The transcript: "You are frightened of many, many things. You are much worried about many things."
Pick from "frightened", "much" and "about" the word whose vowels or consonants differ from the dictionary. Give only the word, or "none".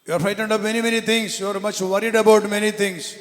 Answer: frightened